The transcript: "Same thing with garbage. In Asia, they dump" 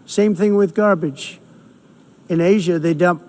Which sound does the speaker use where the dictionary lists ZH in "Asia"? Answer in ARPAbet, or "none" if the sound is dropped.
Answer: ZH